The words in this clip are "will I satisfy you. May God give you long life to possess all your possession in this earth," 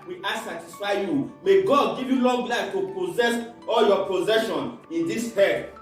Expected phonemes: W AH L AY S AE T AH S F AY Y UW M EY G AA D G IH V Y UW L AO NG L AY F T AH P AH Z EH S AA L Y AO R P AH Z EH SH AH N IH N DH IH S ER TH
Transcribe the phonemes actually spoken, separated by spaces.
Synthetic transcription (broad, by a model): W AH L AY S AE T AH S F AY Y UW M EY G AA D G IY V Y UW L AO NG L AY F T AH P AH Z EH S AA L Y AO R P AH Z EH SH AH N IH N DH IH S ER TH